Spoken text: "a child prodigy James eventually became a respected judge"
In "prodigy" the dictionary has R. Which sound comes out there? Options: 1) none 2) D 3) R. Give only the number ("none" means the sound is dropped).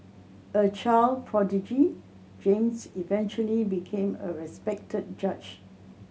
3